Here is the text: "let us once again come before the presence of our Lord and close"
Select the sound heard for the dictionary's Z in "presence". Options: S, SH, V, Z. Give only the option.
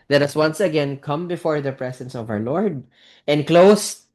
S